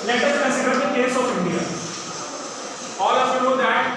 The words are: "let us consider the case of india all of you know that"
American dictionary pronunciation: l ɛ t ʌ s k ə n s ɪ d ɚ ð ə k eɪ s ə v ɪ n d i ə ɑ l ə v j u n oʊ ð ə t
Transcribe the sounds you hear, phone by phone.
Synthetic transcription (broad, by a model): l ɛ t ʌ s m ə s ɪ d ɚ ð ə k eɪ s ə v ɪ n d i ə ɑ l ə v j u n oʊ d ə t